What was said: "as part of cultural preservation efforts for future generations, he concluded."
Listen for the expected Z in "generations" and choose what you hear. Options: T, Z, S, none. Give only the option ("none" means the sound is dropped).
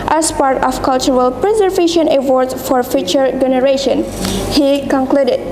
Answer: none